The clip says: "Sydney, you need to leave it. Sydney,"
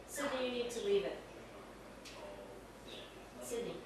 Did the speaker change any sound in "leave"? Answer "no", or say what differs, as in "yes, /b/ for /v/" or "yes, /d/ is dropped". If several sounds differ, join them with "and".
yes, /w/ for /l/